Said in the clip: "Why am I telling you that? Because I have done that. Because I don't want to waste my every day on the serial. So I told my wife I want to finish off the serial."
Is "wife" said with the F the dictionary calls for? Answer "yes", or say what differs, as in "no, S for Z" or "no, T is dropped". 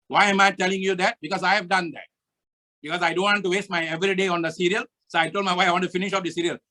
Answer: no, F is dropped